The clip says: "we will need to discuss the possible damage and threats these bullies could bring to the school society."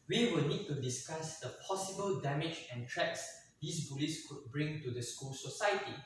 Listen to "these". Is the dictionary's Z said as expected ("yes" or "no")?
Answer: no